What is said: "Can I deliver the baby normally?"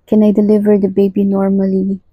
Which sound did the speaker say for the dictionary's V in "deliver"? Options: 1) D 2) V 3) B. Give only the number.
2